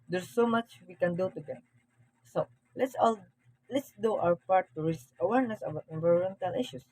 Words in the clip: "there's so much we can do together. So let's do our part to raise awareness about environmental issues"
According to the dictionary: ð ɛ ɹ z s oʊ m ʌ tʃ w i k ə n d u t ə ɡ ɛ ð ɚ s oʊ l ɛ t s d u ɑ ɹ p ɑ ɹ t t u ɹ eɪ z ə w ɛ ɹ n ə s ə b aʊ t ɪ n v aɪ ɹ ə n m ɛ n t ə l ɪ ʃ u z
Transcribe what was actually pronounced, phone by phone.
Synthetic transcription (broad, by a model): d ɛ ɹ s oʊ m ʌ tʃ w i k ə n d u t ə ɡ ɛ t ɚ s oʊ l ɛ t s d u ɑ w p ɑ ɹ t t u ɹ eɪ s ə w ɛ ɹ n ə s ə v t ɪ n v aɪ ɹ ə n m ɛ n t ə l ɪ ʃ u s